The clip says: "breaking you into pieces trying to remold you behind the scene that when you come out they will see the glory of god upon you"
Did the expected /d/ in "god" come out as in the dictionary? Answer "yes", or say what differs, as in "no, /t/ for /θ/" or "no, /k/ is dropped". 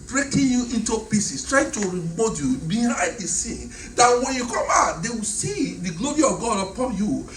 yes